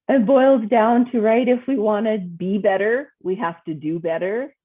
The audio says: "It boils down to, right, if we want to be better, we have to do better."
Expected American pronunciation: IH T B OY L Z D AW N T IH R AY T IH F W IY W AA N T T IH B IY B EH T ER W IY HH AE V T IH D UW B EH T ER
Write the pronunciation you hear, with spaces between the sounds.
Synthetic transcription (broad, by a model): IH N B OY L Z D AW N T IH R AY T IH F W IY W AA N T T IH B IY B EH T ER W IY HH AE F T IH D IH B EH T ER